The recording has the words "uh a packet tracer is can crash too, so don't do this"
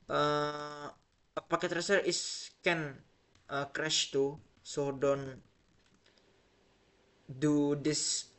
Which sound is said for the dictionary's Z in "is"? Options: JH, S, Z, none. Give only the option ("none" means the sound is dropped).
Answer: S